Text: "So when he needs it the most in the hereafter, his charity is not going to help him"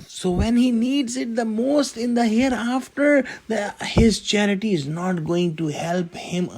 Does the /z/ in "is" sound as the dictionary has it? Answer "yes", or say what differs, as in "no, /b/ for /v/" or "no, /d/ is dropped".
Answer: yes